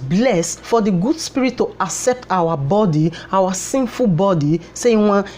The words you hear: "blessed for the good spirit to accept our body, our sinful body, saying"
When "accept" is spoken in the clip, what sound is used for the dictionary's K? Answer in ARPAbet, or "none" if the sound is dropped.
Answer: K